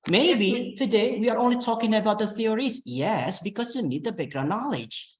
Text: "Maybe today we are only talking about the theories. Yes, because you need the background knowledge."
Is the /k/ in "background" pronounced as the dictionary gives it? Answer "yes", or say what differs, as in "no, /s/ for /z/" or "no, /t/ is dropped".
no, /k/ is dropped